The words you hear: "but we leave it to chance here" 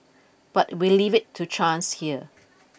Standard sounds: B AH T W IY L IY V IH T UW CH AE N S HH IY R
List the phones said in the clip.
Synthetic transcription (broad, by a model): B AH T W IY L IY V IH T UW CH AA N S HH IY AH